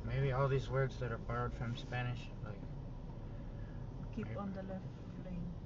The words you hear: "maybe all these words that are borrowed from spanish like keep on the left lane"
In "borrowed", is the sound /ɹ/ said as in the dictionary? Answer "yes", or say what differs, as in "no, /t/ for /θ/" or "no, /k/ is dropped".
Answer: no, /ɹ/ is dropped